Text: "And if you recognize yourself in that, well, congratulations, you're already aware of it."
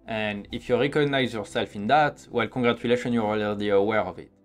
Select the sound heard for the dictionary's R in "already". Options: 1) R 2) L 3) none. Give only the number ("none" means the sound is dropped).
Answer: 3